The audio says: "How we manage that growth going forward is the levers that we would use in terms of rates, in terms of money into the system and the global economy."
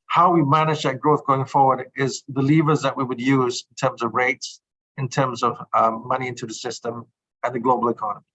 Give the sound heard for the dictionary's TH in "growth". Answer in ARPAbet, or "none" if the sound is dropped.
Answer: TH